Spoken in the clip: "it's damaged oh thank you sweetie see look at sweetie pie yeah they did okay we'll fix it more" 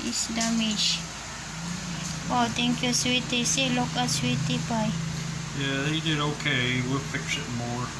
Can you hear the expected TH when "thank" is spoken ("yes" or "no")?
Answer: no